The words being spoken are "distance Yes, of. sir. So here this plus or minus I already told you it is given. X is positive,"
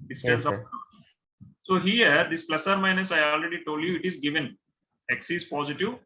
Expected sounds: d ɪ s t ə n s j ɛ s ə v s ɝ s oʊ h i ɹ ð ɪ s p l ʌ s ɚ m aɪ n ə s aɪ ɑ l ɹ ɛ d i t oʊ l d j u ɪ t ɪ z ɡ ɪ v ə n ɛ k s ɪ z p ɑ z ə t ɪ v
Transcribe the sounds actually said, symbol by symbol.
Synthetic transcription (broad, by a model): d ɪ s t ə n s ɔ ə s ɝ s oʊ h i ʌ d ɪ s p l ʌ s ɚ m aɪ n ə s aɪ ɑ l ɹ ɛ d i t oʊ l d j u ɪ t ɪ z ɡ ɪ v ə n ɛ k s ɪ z p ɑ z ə t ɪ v